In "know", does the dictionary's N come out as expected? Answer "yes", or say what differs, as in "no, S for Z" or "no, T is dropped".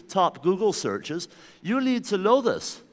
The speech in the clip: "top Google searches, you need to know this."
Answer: no, L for N